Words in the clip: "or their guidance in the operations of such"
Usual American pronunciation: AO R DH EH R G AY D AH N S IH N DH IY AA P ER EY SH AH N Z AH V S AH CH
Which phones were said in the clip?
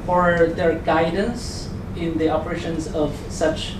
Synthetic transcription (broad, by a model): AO R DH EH R G AY D AH N S IH N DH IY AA P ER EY SH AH N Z AH V S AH CH